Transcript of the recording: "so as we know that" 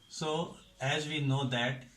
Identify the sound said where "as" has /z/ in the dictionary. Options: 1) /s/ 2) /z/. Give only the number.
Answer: 2